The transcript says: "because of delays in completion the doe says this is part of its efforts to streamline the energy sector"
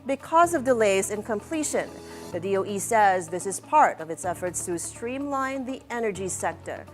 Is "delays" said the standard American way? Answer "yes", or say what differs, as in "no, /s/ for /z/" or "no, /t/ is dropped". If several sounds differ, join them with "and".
yes